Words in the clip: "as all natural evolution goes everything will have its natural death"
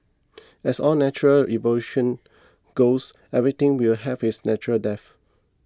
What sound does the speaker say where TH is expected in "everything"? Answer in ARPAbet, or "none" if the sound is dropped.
T